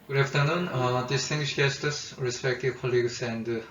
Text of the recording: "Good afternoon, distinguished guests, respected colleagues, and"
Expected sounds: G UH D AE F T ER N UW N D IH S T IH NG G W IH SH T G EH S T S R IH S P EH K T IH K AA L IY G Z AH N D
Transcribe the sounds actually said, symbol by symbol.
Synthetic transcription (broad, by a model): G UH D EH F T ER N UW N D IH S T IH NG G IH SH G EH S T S R IH S P EH K T IH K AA L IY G S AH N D